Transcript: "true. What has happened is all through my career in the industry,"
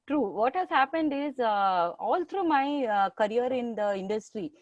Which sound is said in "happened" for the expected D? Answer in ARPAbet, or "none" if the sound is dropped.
D